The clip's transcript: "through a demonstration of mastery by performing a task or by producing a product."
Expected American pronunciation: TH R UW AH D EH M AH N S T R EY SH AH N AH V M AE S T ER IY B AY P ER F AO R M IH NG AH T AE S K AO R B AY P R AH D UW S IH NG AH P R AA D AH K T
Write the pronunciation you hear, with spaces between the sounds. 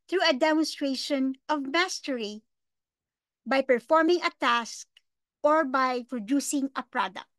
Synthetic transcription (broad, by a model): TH R UW AH D EH M AH N S T R EY SH AH N AH V M AE S T ER IY B AY P ER F AO R M IH NG AH T AE S K AO R B AY P R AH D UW S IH NG AH P R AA D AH K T